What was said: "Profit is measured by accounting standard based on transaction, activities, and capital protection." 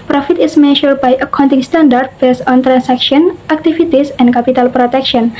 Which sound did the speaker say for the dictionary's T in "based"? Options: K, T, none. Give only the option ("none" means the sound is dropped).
none